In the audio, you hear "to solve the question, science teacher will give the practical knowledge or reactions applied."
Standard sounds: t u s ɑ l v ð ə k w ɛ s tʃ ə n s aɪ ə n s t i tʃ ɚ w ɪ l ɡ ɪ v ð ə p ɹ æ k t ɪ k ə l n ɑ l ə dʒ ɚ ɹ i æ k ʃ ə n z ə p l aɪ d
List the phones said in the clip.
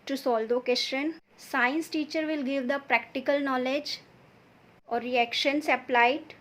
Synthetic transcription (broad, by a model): t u s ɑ l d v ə k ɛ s ʃ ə n s aɪ ə n s t i tʃ ɚ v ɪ l ɡ ɪ v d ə p ɹ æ k t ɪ k ə l n ɑ l ə dʒ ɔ ɹ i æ k ʃ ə n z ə p l aɪ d